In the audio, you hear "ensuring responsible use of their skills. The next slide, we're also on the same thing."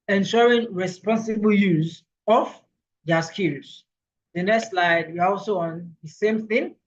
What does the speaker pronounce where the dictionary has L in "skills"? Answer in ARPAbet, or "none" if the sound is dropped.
none